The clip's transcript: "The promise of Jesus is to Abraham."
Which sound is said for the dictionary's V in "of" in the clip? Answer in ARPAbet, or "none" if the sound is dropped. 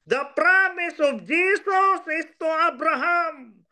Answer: B